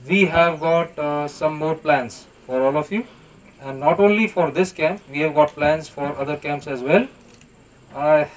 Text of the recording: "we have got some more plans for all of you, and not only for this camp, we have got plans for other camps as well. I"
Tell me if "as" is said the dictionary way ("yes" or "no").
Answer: yes